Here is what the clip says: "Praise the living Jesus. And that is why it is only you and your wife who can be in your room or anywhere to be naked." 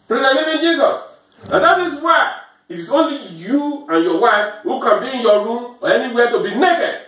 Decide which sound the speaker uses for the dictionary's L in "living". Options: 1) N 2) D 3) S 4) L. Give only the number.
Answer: 1